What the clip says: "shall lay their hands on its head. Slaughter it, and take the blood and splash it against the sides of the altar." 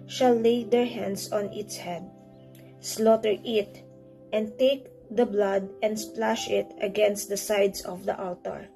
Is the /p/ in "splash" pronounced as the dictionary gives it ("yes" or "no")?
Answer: yes